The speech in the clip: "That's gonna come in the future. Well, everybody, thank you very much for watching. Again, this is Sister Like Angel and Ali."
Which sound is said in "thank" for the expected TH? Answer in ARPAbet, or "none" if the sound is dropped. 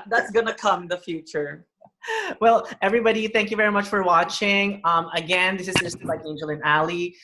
TH